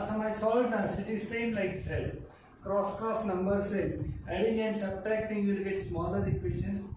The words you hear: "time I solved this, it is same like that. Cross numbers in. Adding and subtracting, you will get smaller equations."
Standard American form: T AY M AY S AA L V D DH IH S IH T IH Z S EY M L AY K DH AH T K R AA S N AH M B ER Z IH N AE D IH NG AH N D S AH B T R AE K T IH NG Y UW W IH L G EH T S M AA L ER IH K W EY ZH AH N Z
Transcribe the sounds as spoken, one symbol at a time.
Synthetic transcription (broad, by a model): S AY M AY S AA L D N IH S IH T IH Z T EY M L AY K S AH T K R AA S N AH M B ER S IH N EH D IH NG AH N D S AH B T R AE K T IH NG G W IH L G EH T S M AA L ER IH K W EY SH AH N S